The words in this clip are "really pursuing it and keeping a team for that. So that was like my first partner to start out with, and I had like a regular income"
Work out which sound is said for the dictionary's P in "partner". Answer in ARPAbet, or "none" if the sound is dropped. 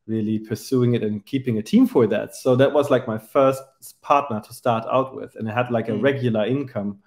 P